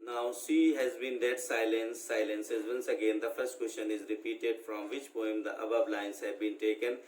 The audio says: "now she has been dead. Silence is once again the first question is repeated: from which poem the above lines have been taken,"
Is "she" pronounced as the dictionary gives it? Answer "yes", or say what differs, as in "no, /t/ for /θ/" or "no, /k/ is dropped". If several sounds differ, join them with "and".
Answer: no, /s/ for /ʃ/